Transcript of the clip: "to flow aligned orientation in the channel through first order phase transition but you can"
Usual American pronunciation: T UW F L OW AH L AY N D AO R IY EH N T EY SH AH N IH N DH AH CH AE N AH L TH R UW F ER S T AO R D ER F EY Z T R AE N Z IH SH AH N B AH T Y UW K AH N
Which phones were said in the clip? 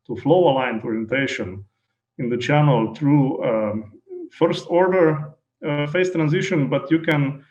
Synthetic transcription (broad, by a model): T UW F L OW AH L AY N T AO R IY EH N T EY SH AH N IH N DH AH CH AE N AH L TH R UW F ER S T AO R D ER F EY S T R AE N Z IH SH AH N B AH T Y UW K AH N